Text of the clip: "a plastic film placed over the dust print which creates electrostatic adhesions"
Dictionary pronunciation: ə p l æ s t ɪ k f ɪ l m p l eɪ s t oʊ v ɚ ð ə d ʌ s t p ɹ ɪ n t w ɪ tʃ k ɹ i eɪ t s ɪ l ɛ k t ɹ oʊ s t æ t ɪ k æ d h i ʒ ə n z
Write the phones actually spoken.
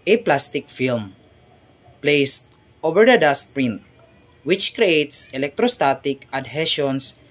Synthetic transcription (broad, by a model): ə p l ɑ s t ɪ k f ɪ l m p l eɪ s t oʊ v ɚ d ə d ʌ s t p ɹ ɪ n t w ɪ tʃ k ɹ i eɪ t s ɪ l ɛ k t ɹ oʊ s t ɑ t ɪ k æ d h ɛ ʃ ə n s